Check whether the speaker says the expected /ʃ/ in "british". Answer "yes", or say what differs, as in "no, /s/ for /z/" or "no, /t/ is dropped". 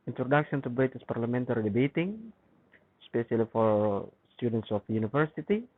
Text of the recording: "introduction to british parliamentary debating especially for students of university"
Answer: no, /s/ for /ʃ/